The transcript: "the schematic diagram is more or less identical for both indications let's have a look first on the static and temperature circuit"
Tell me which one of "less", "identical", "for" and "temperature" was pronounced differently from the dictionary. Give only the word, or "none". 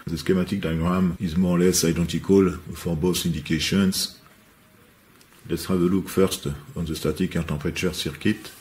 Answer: temperature